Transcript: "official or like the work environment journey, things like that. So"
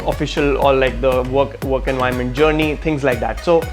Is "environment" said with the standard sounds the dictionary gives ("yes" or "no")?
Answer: no